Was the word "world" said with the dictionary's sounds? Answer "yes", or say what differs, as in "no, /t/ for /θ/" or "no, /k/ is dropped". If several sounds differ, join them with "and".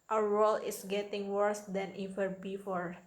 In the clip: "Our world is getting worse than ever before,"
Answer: no, /d/ is dropped